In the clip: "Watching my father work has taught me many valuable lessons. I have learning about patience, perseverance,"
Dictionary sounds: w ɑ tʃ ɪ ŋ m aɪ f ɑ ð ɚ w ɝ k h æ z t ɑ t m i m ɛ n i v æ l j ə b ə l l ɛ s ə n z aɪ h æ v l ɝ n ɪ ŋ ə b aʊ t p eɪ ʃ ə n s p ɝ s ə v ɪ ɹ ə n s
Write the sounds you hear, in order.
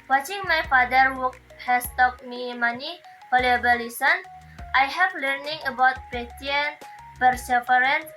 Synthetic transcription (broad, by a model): w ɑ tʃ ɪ ŋ m aɪ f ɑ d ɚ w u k h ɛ s t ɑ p m i m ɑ n i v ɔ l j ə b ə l l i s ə n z aɪ h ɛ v l ɝ n ɪ ŋ ə b aʊ t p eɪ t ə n p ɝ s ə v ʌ ɹ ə n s